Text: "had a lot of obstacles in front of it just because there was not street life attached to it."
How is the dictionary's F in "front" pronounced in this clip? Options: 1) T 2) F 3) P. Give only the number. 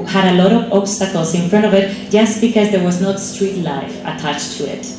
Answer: 2